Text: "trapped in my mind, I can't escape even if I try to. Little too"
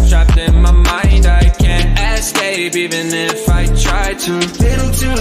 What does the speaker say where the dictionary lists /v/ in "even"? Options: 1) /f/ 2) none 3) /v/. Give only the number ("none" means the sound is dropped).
3